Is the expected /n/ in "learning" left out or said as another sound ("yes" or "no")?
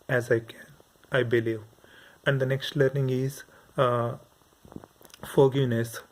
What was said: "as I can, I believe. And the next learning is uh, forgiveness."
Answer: no